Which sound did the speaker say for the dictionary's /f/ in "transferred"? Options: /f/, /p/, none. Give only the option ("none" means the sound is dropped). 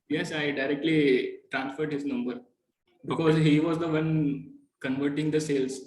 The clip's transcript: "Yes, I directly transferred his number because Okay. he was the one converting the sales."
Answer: /f/